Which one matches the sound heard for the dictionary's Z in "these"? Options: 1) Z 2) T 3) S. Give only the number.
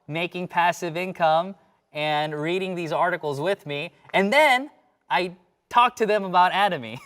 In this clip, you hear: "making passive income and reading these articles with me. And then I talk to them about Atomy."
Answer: 1